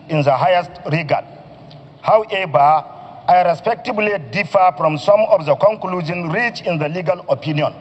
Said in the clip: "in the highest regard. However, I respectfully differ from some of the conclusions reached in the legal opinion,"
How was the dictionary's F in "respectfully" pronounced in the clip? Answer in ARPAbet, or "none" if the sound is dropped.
none